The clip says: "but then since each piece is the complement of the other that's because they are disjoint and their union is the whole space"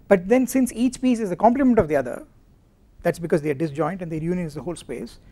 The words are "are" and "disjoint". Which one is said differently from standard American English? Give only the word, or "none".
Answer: none